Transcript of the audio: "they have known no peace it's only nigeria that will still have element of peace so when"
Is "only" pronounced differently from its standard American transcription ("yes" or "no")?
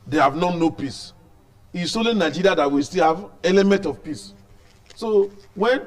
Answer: yes